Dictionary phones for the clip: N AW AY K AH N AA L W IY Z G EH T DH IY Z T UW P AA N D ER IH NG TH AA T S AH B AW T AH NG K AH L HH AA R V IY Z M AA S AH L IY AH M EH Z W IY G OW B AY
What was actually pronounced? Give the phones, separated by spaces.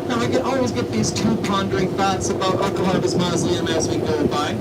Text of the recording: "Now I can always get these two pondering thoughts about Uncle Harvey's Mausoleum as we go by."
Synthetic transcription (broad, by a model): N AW AY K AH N AA L W IY Z G EH T DH IY Z T UW P AA N D ER IH NG TH AA T S AH B AW T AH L K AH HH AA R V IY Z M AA AH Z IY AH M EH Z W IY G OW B AY